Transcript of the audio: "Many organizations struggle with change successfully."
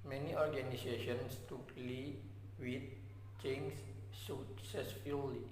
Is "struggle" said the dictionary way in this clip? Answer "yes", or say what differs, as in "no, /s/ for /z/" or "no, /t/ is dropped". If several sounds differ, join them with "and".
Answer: no, /ɹ/ is dropped